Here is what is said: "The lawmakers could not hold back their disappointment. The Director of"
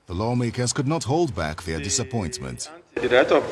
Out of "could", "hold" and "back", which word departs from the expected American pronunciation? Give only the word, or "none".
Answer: none